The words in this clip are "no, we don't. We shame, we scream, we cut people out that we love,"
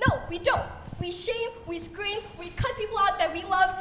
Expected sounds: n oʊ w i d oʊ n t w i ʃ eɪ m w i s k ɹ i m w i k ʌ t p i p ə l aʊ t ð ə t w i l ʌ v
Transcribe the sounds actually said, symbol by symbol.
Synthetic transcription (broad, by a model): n oʊ w i d oʊ n t w i ʃ eɪ m w i s k ɹ i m w i k ʌ t p i p l aʊ t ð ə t w i l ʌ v